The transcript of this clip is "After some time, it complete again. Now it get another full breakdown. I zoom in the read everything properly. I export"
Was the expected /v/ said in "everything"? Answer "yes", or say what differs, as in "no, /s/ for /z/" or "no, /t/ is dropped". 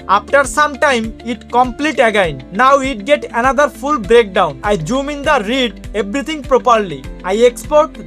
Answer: no, /b/ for /v/